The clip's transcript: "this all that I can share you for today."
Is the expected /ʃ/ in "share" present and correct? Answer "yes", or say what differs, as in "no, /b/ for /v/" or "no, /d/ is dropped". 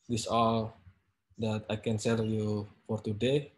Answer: no, /s/ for /ʃ/